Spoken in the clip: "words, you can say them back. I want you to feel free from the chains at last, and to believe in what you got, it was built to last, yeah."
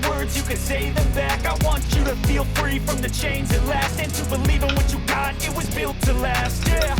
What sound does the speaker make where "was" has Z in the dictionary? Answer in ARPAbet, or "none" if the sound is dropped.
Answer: Z